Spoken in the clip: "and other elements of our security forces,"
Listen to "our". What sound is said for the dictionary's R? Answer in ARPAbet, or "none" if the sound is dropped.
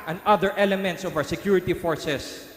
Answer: W